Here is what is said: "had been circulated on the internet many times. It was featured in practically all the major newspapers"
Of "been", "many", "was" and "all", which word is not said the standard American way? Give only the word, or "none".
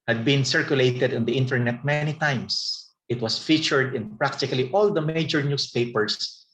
was